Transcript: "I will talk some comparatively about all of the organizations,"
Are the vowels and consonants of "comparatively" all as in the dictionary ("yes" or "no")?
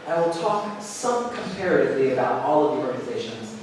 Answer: yes